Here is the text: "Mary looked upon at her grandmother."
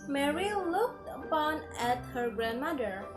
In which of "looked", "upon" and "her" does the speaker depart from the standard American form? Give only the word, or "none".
none